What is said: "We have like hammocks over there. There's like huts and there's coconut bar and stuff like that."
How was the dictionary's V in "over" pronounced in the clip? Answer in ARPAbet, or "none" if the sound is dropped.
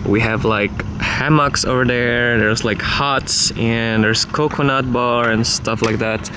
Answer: V